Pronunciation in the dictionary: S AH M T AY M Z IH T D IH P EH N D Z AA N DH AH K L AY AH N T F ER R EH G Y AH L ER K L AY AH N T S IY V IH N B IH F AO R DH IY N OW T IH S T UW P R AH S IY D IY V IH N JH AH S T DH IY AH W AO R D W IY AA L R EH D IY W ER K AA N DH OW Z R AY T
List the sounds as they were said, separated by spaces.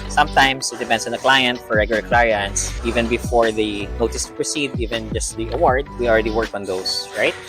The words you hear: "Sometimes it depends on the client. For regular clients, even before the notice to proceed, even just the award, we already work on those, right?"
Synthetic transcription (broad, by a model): S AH M T AY M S IH T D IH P EH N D S AA N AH K L AY AH N T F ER R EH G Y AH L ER K L AY AH N T S IY V IH N B IH F AO R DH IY N OW T IH S T UW P R AH S IY D IY V IH N JH AH S T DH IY AH W AO R D W IY AA L R EH D IY W ER K AA N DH OW S R AY T